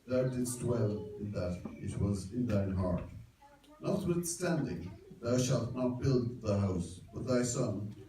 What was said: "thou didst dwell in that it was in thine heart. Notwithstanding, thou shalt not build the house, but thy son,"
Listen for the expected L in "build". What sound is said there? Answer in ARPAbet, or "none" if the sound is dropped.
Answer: L